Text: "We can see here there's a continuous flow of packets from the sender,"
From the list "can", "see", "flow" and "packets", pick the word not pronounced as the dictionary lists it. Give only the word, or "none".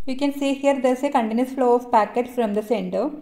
packets